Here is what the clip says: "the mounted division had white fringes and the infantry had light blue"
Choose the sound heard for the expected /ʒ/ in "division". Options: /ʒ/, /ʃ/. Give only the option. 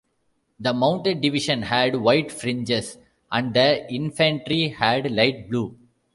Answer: /ʃ/